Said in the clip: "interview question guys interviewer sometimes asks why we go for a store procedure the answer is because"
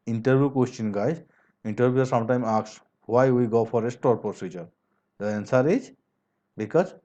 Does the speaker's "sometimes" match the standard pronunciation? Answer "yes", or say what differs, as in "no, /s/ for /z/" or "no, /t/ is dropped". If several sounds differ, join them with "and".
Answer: no, /z/ is dropped